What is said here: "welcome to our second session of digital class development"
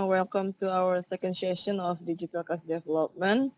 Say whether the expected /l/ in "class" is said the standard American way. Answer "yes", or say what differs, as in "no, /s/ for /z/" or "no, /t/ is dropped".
no, /l/ is dropped